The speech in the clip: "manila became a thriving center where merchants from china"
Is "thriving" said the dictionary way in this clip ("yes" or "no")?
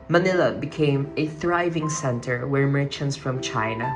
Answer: yes